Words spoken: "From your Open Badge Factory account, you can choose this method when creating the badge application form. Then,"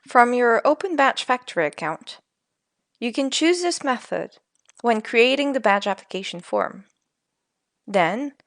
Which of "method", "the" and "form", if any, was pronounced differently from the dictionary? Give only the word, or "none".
none